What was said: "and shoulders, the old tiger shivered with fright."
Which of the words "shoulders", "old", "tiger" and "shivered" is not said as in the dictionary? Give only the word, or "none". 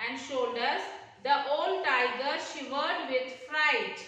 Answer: shoulders